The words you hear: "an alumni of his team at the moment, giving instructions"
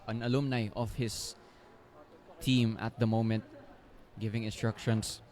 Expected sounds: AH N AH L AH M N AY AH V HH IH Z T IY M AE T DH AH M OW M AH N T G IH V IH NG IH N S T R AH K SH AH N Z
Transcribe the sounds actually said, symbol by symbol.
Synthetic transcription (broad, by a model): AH N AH L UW M N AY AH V HH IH S T IY M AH T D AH M OW M AH N T G IH V IH NG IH N S T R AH K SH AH N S